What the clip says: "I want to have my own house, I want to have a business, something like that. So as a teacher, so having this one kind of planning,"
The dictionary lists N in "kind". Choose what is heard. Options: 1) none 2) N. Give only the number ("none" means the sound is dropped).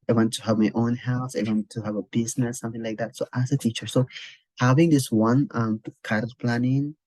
1